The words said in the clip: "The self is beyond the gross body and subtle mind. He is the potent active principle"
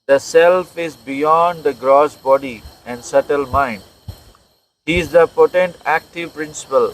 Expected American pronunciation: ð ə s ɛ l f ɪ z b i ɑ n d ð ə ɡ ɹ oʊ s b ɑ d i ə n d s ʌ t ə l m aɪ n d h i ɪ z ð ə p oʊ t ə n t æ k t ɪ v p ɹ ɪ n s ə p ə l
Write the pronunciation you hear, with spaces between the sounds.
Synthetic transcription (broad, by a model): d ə s ɛ l f ɪ z b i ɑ n d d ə ɡ ɹ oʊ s b ɑ d i ə n d s ʌ t ə l m aɪ n d h i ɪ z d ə p oʊ t ə n t æ k t ɪ v p ɹ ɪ n s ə p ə l